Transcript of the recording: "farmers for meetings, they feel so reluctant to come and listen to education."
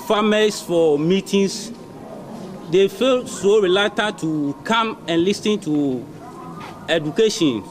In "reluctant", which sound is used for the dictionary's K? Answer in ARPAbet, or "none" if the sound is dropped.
none